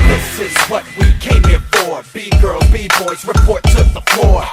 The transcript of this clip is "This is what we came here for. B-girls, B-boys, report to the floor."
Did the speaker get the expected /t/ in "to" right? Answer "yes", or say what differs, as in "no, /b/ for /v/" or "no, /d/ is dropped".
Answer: no, /s/ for /t/